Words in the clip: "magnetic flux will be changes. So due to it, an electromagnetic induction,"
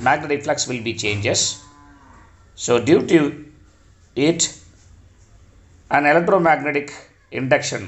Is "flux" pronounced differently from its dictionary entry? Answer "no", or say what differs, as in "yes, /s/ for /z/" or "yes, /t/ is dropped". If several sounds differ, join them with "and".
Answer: no